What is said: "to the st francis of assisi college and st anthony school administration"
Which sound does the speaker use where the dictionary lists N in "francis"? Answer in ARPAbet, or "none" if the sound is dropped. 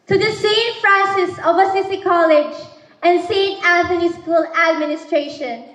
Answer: none